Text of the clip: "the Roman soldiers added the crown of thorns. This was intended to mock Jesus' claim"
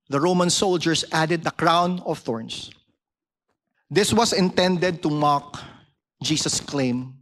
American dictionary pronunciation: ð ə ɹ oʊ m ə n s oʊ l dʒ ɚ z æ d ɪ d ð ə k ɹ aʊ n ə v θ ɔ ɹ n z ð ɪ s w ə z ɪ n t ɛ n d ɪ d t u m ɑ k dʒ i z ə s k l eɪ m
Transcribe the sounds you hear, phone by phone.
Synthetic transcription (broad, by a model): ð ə ɹ oʊ m ə n s oʊ l dʒ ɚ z æ d ɪ d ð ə k ɹ aʊ n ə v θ ɔ ɹ n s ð ɪ s w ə s ɪ n t ɛ n d ɪ d t u m ɑ k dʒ i s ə s k l eɪ m